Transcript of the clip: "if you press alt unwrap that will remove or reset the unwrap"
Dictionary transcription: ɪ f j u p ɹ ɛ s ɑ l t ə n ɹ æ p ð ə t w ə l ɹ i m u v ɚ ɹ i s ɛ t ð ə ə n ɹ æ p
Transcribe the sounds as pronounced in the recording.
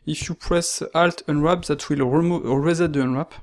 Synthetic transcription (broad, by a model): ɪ f j u p ɹ ɛ s ɑ l t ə n ɹ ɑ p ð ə t w ə l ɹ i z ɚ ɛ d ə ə n ɹ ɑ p